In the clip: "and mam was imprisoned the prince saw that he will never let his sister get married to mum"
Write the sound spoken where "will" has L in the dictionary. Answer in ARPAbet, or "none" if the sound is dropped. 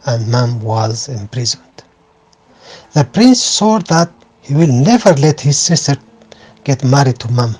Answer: L